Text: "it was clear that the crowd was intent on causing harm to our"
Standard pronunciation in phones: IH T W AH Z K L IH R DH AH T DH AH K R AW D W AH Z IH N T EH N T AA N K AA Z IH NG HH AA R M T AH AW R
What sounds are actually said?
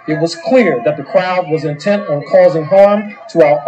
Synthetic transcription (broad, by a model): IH T W AH Z K L IH R DH AH T DH AH K R AW D W AH Z IH N T EH N T N K AA Z IH NG HH AA R M T AH AW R